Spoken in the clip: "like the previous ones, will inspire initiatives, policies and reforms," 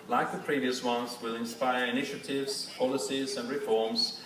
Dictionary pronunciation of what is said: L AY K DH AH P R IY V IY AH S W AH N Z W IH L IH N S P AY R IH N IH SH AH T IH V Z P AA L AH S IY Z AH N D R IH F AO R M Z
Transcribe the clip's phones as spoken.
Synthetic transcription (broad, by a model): L AY K DH AH P R IY V IY AH S W AH N Z W IH L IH N S P AY R IH N IH SH AH T IH V Z P AA L AH S IY Z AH N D R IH F AO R M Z